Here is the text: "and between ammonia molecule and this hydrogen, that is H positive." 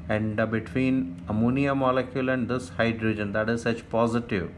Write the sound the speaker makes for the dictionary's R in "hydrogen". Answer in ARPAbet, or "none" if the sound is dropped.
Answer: R